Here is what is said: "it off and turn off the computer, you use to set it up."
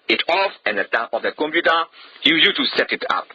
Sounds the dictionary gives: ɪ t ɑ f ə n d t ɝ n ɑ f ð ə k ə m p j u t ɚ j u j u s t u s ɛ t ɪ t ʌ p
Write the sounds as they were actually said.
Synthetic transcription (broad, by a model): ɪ t ɑ f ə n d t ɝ ɑ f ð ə k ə m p j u t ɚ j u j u t u s ɛ t ɪ t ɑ p